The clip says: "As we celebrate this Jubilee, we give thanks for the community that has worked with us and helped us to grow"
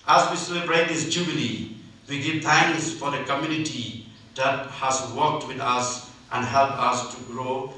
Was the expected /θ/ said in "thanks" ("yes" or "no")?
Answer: no